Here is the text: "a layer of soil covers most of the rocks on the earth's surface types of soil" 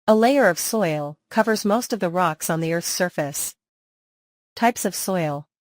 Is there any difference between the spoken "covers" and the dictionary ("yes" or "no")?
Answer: no